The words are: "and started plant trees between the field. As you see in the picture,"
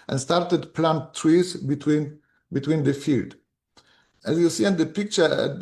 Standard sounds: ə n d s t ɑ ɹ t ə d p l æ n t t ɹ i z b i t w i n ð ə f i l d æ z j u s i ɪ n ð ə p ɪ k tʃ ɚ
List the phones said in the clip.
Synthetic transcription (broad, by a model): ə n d s t ɑ ɹ t ə d p l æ n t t w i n b i t w i n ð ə f i l d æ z j u s i ɪ n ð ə p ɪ k tʃ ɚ